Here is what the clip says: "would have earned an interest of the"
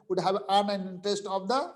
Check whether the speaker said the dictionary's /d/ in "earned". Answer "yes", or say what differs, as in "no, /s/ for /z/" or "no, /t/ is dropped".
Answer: no, /d/ is dropped